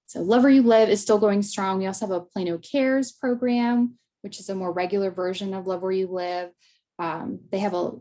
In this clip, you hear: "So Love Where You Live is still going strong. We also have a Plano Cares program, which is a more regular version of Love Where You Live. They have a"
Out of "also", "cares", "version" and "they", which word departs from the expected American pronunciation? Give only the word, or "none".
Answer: none